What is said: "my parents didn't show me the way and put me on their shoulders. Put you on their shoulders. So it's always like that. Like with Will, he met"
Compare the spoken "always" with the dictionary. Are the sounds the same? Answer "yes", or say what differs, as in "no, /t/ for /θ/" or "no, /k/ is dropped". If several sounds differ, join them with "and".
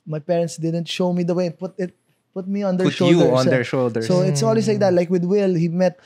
no, /s/ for /z/